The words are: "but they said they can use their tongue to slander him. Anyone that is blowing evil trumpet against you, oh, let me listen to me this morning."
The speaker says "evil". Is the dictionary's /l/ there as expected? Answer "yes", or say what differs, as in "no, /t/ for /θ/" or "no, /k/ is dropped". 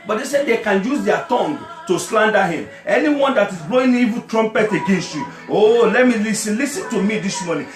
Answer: no, /n/ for /l/